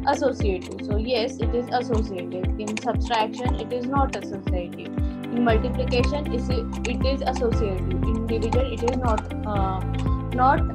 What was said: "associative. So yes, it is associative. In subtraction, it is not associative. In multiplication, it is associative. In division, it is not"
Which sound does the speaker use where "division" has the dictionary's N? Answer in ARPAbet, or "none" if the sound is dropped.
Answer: L